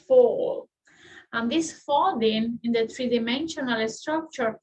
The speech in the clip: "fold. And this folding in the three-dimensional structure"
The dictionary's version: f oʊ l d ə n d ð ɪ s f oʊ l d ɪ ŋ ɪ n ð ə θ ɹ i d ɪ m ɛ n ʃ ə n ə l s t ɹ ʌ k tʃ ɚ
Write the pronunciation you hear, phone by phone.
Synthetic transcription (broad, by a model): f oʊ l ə n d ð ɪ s f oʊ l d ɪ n ɪ n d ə t ɹ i d ɪ m ɛ n ʃ ə n ə l s t ɹ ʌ k tʃ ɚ